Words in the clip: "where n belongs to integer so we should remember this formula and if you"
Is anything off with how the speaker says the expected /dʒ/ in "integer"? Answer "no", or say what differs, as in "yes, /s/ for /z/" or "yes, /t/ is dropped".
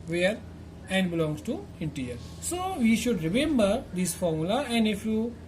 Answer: yes, /dʒ/ is dropped